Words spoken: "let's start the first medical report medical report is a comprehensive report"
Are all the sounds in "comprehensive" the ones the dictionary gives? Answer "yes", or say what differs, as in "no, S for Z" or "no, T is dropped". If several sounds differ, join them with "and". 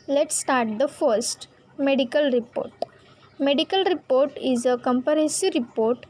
no, R is dropped and N is dropped